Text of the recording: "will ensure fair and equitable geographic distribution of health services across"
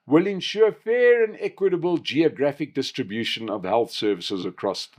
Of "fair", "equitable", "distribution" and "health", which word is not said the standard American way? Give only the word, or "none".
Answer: none